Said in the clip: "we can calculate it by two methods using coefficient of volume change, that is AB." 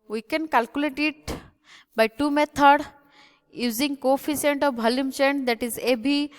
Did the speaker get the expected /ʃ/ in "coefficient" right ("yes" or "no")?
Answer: no